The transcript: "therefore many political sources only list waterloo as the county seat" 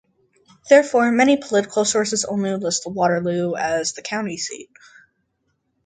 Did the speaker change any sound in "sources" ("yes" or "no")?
no